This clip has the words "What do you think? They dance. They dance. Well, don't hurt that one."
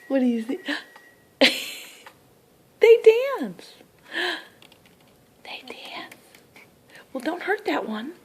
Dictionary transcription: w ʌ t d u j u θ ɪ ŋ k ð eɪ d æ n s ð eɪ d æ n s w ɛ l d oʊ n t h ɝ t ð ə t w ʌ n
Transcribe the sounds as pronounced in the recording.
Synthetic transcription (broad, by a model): w ʌ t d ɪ j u s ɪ ð eɪ d æ n s ð eɪ d æ n s w ɛ l d oʊ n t h ɝ t ð ə t w ʌ n